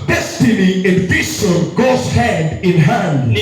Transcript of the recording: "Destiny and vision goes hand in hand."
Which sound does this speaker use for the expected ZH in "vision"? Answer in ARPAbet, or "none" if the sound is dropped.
S